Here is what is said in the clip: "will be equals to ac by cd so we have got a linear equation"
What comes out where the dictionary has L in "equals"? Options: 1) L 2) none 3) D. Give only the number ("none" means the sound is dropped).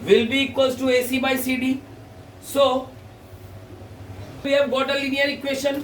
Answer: 2